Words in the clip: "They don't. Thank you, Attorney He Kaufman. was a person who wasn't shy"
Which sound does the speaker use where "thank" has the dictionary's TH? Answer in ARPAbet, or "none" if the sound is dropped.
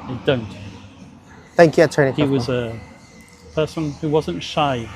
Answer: TH